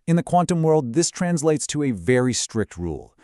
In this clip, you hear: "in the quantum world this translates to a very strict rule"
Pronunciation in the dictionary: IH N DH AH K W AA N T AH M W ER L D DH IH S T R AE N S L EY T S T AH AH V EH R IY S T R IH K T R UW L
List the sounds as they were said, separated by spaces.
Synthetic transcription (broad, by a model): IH N DH AH K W AA N T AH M W ER L D DH IH S T R AE N S L EY T S T AH AH V EH R IY S T R IH K T R UW L